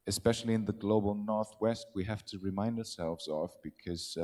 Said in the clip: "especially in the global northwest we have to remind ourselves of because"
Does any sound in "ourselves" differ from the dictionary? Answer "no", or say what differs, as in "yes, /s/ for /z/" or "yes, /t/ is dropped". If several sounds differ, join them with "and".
no